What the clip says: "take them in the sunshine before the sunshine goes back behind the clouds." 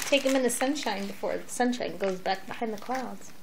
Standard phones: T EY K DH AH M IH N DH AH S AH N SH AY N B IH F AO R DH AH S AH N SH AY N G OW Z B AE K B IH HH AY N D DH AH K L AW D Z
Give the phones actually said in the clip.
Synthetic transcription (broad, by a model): T EY K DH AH M IH N DH AH S AH N SH AY N B IH F AO R DH AH S AH N SH AY N G OW Z B AE K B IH HH AY N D DH AH K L AW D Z